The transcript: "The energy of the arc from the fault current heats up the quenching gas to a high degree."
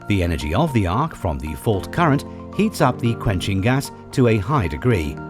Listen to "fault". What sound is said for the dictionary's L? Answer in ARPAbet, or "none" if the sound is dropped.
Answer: L